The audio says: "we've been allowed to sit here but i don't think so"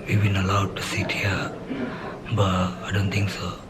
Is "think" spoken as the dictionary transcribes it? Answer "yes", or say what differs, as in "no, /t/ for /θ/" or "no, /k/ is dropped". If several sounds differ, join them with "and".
no, /t/ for /θ/